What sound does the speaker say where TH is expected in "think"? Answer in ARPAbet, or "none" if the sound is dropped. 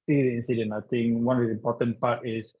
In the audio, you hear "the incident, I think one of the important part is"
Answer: T